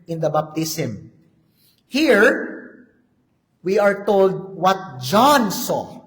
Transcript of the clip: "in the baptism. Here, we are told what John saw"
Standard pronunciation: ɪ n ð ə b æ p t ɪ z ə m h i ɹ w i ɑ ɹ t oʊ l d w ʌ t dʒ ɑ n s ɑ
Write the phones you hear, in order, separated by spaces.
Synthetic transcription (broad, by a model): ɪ n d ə b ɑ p t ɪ s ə m h i ɹ w i ɑ ɹ t oʊ l d w ʌ t dʒ ɑ n s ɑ